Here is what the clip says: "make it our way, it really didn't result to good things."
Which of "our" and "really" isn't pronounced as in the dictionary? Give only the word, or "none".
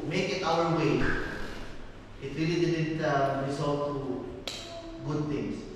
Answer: none